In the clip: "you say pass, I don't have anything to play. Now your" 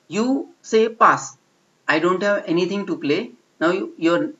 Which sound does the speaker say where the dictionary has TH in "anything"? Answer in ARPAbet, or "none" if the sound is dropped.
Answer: T